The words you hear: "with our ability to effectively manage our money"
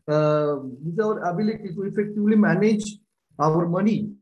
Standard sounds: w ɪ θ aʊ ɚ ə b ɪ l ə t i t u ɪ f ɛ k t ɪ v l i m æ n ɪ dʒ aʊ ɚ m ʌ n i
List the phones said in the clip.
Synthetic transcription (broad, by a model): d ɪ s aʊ ɚ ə b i l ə t i s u ɪ f ɛ k t ɪ v l i m æ n ɪ dʒ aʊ ɚ m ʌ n i